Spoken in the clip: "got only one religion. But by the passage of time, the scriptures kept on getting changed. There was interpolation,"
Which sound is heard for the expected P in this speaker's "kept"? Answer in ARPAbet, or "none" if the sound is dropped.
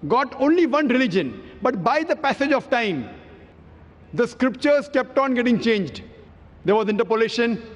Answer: P